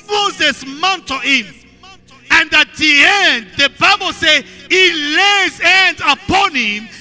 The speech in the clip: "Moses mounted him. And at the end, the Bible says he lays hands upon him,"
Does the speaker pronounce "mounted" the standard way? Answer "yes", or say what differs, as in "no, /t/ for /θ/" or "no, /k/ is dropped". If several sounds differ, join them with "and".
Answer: yes